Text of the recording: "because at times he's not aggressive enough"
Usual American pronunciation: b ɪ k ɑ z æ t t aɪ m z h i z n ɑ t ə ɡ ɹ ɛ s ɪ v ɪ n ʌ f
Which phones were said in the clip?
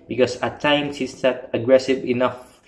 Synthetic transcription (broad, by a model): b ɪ k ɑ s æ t t aɪ m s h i s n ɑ t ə ɡ ɹ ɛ s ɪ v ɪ n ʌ f